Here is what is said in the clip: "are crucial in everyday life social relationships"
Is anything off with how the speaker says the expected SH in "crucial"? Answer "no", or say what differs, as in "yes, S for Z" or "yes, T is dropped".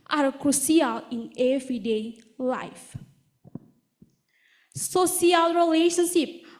yes, S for SH